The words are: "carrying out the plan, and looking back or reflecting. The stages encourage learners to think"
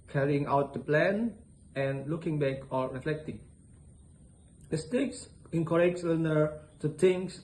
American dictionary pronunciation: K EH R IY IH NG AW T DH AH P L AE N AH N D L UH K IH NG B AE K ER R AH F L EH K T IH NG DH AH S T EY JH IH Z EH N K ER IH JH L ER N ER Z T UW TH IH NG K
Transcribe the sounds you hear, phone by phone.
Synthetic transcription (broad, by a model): K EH R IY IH NG AW T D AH P L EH N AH N L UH K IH NG B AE K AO R AH F L EH K T IH NG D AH S T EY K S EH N K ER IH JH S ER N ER T UW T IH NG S